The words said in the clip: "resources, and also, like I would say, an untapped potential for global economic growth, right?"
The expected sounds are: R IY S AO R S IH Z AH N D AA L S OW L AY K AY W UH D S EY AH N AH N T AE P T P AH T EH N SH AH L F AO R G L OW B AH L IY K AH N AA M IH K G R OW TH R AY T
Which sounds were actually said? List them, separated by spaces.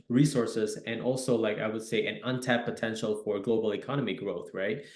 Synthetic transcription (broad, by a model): R IY S AO R S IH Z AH N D AA L S OW L AY K AY W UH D S EY AH N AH N T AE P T P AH T EH N SH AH L F AO R G L OW B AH L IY K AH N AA M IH G R OW TH R AY T